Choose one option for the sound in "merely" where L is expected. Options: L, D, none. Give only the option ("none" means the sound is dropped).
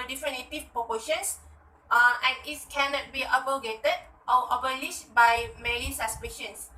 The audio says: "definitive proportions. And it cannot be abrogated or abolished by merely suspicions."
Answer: none